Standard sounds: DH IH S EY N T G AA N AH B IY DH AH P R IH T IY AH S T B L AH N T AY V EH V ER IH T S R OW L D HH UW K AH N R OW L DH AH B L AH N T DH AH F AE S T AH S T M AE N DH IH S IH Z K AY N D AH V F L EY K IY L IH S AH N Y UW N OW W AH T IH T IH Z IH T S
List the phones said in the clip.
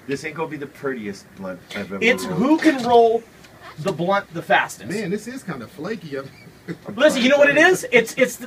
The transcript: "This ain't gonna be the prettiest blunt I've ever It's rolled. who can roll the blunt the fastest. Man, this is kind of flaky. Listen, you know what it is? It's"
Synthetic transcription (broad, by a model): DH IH S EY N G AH B IY DH AH P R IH T IY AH S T B L AH N T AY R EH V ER IH T S HH UW K AH N R OW L DH AH B L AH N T DH AH F AE S T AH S M AE N DH IH S IH Z K AY N D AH F L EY K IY L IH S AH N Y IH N OW W AH T IH T IH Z IH T S